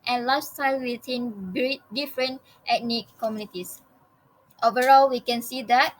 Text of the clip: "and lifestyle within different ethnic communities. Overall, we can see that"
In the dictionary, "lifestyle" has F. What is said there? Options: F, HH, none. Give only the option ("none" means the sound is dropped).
none